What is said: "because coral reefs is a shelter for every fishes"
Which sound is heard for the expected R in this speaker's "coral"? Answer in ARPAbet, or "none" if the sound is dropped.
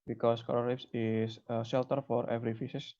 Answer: L